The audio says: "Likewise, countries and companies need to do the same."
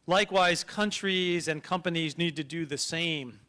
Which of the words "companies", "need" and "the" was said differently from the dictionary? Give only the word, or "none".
none